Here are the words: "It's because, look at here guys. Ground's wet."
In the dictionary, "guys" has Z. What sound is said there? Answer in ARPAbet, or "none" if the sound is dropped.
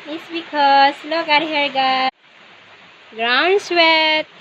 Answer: none